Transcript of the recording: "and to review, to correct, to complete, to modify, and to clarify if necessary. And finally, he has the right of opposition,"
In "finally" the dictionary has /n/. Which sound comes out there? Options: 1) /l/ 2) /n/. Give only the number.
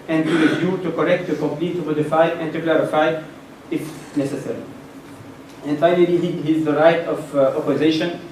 1